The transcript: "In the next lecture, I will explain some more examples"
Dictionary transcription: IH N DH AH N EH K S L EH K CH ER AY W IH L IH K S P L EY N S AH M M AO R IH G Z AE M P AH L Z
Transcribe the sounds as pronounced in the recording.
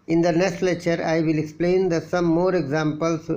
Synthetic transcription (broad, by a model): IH N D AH N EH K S L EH CH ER AY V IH L IH K S P L EY N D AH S M AO R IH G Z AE M P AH L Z